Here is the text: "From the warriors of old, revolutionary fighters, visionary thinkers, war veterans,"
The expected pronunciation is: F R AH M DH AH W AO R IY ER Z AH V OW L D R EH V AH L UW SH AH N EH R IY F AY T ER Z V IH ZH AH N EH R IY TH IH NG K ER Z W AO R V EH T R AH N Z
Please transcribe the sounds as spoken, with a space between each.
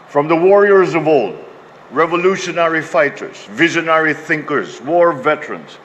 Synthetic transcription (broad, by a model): F R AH M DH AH W AO R IY ER Z AH V OW L D R EH V AH L UW SH AH N EH R IY F AY T ER Z V IH ZH AH N EH R IY TH IH NG K ER Z W AO R V EH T R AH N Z